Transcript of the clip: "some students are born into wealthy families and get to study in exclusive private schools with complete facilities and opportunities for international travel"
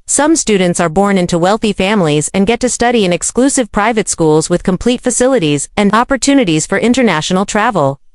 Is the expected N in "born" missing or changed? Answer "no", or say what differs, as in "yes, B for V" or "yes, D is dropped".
no